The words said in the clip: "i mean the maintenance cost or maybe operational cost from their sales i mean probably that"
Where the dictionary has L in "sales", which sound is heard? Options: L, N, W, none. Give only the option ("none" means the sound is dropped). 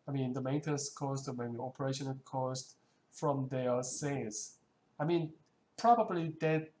none